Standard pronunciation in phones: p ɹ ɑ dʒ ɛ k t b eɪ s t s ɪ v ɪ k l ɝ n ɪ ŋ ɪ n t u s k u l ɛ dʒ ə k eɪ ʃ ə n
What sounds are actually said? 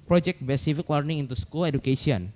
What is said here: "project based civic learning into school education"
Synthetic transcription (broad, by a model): p ɹ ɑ dʒ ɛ k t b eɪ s s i f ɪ k l ɝ n ɪ ŋ ɪ n t u s k u l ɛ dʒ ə k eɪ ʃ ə n